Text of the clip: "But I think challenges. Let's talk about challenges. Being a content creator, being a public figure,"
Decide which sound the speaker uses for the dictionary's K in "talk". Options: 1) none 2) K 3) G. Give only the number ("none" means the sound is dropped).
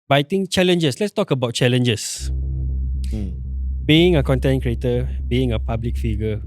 2